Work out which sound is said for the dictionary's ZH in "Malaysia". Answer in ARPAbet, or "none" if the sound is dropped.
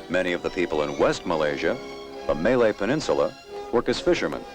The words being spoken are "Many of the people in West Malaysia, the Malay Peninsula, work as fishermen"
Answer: ZH